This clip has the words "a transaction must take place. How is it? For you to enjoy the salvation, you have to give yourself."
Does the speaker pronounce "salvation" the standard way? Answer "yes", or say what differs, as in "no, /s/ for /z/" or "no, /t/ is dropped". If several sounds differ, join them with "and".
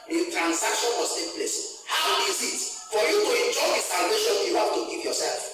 yes